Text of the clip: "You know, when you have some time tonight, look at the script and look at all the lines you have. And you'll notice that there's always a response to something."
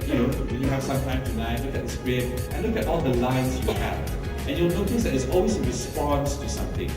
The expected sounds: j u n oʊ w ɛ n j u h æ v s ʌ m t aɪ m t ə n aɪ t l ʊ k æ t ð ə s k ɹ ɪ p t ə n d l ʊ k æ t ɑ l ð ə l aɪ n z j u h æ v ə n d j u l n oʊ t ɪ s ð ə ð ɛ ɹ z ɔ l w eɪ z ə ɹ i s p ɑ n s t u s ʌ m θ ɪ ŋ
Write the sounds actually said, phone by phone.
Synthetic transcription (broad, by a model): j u n oʊ w ɛ n j u h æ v s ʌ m t aɪ m t ə n aɪ t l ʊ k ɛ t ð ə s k ɹ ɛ t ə n l ʊ k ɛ t ɑ l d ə l aɪ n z j u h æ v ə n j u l n oʊ t ɪ s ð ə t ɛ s ɔ l w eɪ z ə ɹ i s p ɑ n s t u s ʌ m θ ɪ ŋ